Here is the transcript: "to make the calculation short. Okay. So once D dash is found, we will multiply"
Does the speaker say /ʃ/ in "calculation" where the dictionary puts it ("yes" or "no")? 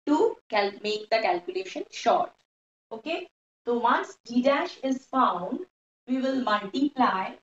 yes